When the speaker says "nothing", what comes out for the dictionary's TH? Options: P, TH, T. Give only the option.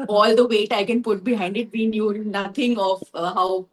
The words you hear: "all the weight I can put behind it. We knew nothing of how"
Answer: T